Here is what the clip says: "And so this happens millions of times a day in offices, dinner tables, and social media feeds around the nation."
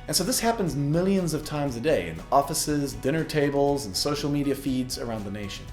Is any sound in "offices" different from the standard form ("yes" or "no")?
no